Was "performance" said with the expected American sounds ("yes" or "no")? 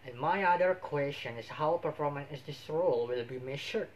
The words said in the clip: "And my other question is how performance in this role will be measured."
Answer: no